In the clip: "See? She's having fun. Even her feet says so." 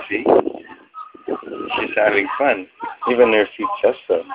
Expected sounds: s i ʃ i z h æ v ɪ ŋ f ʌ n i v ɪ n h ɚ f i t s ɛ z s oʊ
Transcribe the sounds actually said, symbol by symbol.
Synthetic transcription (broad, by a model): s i ʃ i z h æ v ɪ ŋ f ʌ n i v ɪ n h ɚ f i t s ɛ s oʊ